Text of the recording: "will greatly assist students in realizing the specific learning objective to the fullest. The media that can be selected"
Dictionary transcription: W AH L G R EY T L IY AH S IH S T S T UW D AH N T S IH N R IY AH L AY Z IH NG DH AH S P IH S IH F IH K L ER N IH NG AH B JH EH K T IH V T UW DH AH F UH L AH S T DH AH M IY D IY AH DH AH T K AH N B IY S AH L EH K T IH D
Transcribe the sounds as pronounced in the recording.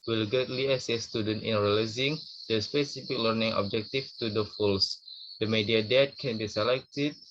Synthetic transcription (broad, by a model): W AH L G EY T L IY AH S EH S S T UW D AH N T IH N R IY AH L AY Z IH NG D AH S P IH S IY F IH K L ER N IH NG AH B JH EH K T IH F T UW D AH F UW L S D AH M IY D IY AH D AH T K AH N B IY S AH L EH K T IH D